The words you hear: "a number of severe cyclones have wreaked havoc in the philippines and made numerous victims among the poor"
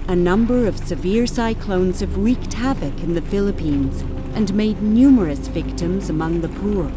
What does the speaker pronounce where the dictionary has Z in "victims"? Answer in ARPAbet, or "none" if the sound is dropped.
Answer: Z